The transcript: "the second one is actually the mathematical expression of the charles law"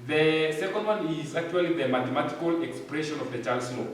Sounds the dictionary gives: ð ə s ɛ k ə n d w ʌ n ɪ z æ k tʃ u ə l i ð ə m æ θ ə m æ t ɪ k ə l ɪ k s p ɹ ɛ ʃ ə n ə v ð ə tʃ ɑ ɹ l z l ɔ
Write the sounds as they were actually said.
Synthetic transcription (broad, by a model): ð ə s ɛ k ə n d w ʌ n ɪ z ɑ k tʃ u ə l i ð ə m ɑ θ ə m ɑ t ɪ k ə l ɪ k s p ɹ ɛ ʃ ə n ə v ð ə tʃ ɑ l s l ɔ